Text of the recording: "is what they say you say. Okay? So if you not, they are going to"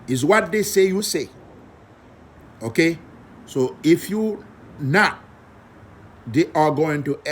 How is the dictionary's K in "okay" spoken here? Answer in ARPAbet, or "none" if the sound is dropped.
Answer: K